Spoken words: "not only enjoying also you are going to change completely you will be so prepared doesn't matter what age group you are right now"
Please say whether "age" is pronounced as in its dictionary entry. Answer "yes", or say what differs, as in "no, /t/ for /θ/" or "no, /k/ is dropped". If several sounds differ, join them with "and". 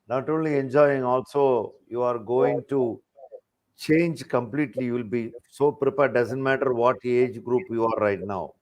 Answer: yes